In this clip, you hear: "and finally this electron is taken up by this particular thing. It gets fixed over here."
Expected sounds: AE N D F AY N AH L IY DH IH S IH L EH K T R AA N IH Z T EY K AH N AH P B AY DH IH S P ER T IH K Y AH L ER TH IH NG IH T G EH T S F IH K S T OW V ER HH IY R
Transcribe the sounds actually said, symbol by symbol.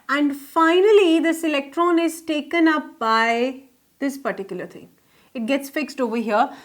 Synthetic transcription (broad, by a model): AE N D F AY N AH L IY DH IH S IH L EH K T R AA N IH Z T EY K AH N AH P B AY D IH S P ER T IH K Y AH L ER T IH NG IH T G EH T S F IH K S T OW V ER HH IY R